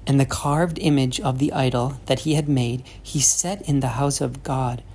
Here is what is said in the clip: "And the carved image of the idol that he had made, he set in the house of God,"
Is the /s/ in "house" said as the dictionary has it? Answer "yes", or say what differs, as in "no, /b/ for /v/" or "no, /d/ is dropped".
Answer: yes